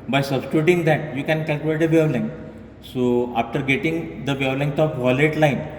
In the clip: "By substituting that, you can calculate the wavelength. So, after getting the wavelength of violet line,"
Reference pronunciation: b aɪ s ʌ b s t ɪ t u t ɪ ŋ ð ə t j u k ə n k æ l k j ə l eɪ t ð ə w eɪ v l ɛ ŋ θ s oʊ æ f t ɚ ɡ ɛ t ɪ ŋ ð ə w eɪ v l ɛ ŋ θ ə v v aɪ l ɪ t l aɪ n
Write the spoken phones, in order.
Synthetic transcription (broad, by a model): b aɪ s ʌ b s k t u t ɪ ŋ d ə t j u k ə n k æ l k j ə l eɪ t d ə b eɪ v l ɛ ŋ s oʊ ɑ f t ɚ ɡ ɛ t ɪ ŋ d ə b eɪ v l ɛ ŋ t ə p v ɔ l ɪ t l aɪ n